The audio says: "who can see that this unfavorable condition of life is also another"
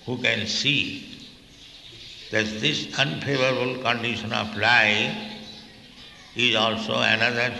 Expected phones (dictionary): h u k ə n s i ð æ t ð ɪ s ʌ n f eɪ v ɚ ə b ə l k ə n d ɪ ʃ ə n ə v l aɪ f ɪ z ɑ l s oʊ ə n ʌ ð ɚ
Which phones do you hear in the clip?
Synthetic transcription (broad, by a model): h u k ə n s i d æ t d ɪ s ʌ n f eɪ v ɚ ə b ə l k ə n d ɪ ʃ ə n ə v l aɪ ɪ z ɑ l s oʊ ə n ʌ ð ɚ